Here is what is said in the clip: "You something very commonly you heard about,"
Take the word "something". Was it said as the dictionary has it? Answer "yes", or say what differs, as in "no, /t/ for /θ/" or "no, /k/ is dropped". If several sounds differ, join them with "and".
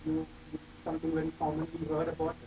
no, /t/ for /θ/